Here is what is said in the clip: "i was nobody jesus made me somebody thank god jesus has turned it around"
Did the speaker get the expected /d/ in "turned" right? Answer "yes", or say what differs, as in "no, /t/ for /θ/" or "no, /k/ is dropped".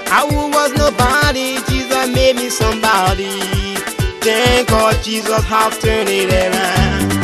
no, /d/ is dropped